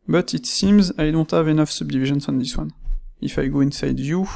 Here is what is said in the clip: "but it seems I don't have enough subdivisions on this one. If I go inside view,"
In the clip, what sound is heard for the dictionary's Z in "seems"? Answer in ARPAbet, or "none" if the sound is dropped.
Z